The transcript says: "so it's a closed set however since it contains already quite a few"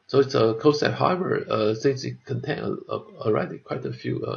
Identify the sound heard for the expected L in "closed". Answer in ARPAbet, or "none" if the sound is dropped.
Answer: none